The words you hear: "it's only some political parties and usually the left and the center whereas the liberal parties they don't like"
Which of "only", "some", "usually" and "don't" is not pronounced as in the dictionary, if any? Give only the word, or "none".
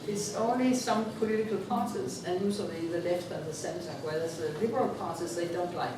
usually